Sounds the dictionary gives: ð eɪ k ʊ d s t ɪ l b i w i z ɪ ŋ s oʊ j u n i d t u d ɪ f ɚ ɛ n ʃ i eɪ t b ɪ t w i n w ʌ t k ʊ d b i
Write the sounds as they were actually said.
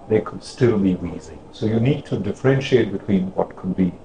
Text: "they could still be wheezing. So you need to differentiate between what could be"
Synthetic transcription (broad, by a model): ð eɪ k ʊ d s t ɪ l b i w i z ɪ s oʊ j u n i d t u d ɪ f ɚ ɛ n ʃ i eɪ t b ɪ t w i n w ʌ t k ʊ d b i